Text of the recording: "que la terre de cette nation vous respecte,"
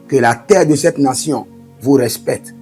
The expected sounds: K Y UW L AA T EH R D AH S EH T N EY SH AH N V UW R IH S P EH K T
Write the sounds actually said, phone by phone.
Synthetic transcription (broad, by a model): K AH L AA T EH R D AH S EH T N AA S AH V UW R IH S P EH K T